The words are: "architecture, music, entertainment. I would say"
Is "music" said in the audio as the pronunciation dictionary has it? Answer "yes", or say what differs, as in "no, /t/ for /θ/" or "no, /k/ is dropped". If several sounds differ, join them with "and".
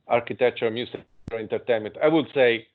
no, /k/ is dropped